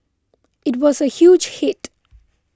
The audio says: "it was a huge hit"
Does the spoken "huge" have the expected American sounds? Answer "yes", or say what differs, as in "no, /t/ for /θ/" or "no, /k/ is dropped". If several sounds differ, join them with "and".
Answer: yes